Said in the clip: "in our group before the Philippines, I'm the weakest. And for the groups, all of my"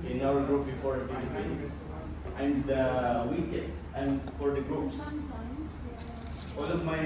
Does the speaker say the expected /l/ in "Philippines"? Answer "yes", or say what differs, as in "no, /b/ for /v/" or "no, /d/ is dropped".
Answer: no, /n/ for /l/